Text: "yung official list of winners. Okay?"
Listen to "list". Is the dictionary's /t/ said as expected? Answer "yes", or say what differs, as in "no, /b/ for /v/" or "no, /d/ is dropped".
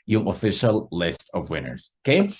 yes